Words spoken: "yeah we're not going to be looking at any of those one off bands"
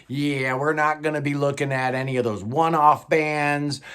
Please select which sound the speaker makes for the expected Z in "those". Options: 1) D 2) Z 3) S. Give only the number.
2